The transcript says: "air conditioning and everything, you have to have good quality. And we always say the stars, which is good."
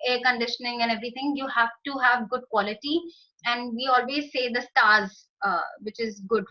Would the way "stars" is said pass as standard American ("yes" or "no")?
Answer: yes